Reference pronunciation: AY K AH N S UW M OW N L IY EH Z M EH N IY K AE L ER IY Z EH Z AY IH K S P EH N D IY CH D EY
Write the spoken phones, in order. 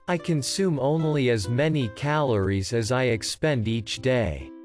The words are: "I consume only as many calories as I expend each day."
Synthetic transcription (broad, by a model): AY K AH N S UW M OW N L IY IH Z M EH N IY K AE L ER IY Z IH Z AY IH K S P EH N D IY CH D EY